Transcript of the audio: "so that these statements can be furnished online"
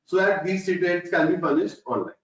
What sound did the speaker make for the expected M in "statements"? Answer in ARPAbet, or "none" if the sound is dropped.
none